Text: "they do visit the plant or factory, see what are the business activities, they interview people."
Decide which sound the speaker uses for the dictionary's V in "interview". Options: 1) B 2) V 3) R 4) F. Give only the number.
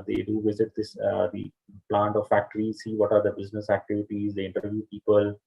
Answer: 2